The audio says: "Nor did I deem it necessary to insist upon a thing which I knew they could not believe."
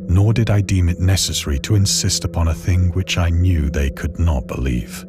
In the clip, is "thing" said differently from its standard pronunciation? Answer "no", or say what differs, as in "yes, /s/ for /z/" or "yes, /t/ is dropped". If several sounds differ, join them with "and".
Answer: no